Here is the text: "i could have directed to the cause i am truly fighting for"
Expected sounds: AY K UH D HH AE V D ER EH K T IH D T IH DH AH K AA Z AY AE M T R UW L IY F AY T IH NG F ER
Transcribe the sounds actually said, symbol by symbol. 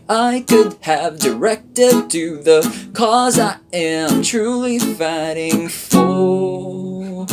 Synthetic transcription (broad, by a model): AY K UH D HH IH V D ER EH K T IH D T IH DH AH K AA Z AY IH M T R UW L IY F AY T IH NG F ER